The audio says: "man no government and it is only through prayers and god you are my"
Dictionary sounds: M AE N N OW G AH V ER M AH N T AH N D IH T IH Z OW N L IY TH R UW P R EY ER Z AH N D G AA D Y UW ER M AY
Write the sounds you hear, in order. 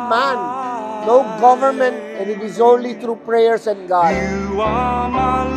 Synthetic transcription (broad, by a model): M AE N N OW G AH V ER M AH N T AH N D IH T IH Z OW N L IY T R UW P R EY ER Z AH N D G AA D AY